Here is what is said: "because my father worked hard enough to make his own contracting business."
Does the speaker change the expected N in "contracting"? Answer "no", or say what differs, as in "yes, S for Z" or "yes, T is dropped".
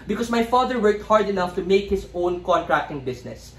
no